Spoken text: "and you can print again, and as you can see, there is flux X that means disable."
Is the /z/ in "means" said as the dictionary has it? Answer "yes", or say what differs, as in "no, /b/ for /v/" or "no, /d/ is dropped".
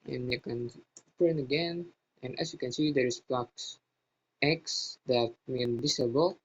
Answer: no, /z/ is dropped